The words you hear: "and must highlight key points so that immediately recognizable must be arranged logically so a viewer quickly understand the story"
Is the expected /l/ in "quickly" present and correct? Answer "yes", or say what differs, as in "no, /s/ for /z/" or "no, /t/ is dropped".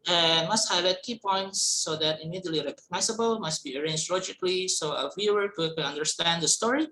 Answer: no, /n/ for /l/